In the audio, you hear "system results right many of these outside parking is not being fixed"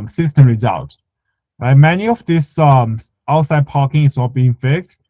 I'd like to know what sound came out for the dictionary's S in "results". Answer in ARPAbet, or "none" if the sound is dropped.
none